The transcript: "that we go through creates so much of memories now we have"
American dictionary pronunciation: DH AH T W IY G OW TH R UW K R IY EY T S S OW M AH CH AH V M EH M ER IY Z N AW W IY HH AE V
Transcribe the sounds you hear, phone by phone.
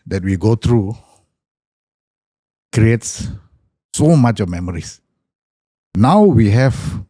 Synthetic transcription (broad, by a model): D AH T W IY G OW T R UW K R IY EY T S S OW M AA CH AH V M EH M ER IY S N AW W IY HH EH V